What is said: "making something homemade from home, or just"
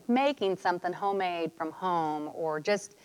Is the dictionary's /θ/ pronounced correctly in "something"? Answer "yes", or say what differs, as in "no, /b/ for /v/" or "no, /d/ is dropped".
yes